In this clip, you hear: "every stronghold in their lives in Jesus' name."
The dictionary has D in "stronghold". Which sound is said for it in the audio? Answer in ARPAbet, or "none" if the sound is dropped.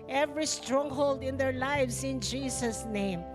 D